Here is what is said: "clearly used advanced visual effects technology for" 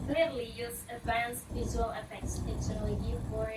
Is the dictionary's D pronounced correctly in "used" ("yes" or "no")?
no